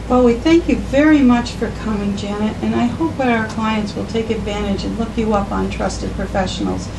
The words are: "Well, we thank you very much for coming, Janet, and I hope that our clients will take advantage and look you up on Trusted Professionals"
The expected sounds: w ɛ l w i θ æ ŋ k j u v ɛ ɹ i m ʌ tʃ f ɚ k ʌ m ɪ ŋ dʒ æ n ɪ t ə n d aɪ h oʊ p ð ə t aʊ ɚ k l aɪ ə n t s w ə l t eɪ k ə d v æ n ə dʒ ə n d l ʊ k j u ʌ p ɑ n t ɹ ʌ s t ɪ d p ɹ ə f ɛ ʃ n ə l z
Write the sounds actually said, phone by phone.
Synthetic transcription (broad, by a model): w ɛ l w i θ æ ŋ k j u v ɛ ɹ i m ʌ tʃ f ɚ k ʌ m ɪ ŋ dʒ æ n ɪ t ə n aɪ h oʊ p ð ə t aʊ ɚ k l aɪ ə n t s w ə l t eɪ k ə d v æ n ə dʒ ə n l ʊ k j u ʌ p n t ɹ ʌ s t ɪ d p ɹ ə f ɛ ʃ n l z